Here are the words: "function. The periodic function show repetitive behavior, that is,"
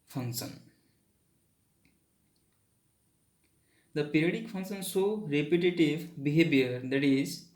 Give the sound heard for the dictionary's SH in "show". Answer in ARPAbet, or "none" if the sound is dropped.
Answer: S